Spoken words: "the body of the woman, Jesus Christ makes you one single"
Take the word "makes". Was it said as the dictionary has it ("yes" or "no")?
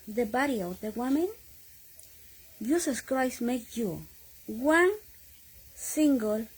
no